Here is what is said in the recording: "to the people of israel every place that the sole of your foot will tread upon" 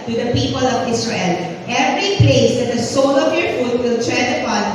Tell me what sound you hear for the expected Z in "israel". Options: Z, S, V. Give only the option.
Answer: S